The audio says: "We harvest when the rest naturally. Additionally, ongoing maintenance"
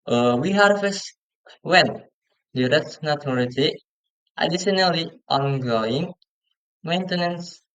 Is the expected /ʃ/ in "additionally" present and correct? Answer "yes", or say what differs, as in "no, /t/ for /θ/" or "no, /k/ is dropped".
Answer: no, /s/ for /ʃ/